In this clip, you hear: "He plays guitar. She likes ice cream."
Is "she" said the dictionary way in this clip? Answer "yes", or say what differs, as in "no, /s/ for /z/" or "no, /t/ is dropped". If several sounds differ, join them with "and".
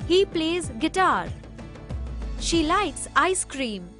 yes